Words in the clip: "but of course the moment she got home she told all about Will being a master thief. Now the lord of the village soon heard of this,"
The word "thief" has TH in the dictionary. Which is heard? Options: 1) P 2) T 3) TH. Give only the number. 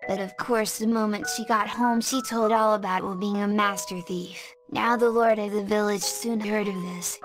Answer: 3